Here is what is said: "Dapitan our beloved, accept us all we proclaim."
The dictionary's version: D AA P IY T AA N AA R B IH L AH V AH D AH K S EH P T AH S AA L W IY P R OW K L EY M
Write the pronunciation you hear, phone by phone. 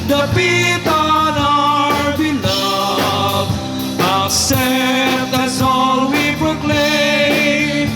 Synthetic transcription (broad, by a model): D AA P IY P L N AA R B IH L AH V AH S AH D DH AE T S AA L W IY P R OW K L EY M